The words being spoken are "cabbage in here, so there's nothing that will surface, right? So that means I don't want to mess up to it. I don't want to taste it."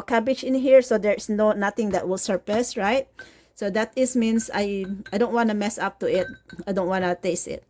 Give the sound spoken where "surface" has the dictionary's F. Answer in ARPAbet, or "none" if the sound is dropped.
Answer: P